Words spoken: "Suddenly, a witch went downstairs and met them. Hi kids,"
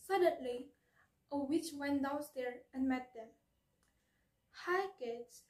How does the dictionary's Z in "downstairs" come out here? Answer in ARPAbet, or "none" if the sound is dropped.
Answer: none